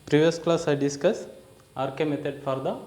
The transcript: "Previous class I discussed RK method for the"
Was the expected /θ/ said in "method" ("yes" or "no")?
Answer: no